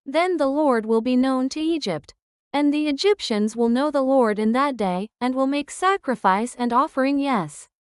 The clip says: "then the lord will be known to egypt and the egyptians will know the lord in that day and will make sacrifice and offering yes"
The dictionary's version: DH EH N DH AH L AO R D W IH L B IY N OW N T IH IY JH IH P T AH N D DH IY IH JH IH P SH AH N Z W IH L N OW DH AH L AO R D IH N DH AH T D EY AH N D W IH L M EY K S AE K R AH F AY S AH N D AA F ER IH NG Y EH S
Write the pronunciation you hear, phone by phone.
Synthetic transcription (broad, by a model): DH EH N DH AH L AO R D W IH L B IY N OW N T IH IY JH IH P T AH N DH IY IH JH IH P SH AH N Z W IH L N OW DH AH L AO R D IH N DH AH T D EY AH N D W IH L M EY K S AE K R AH F AY S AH N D AA F ER IH NG Y EH S